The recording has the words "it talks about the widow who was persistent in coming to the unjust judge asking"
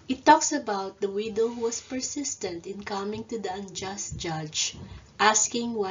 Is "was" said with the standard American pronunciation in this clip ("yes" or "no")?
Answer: no